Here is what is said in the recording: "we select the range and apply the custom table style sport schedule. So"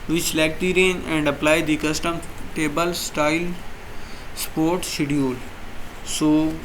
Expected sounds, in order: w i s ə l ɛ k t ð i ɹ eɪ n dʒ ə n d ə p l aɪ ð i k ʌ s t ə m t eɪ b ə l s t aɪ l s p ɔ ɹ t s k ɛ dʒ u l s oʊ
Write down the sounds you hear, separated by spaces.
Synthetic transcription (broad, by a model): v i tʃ l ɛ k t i ɹ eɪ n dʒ ə n d ə p l aɪ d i k ʌ s t ə m t eɪ b ə l s t aɪ l s p ɔ ɹ t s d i u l s oʊ